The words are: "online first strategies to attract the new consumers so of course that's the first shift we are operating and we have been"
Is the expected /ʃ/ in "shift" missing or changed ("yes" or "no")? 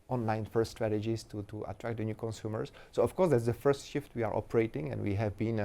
no